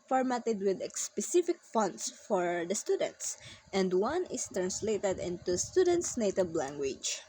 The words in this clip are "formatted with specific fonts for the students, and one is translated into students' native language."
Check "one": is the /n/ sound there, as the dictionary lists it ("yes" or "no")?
yes